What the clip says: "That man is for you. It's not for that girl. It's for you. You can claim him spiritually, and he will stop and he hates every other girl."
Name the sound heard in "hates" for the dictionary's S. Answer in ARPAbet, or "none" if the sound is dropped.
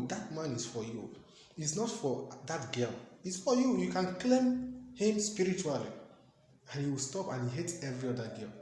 none